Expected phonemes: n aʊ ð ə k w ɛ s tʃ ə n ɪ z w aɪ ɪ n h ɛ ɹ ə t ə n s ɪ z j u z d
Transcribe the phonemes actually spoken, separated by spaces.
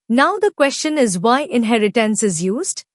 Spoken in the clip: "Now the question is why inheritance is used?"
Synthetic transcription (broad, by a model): n aʊ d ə k w ɛ s tʃ ə n ɪ z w aɪ ɪ n h ɛ ɹ ə t ə n s ɪ z j u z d